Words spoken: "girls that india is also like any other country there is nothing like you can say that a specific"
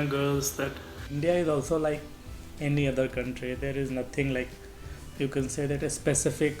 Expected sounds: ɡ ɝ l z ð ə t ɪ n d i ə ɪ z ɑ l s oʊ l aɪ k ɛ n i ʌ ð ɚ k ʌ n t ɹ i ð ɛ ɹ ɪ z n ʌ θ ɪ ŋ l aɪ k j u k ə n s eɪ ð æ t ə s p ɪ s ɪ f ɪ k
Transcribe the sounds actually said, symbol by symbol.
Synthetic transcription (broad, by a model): ɡ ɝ l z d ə t ɪ n d i ə ɪ z ɑ l s oʊ l aɪ k ɛ n i ʌ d ɚ k ʌ n t ɹ i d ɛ ɹ ɪ z n ʌ t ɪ ŋ l aɪ k j u k ə n s eɪ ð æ t ə s p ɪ s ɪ f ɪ k